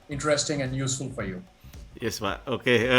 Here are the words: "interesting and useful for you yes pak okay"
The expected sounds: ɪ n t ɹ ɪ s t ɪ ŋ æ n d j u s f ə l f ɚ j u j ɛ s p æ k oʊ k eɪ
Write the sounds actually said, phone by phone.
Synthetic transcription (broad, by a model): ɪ n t ɹ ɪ s t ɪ ŋ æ n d j u s f ə l f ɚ j u j ɛ s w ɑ oʊ k eɪ